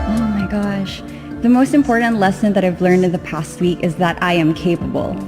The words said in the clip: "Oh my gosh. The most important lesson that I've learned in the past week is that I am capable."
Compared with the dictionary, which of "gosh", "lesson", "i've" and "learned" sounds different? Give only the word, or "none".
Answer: none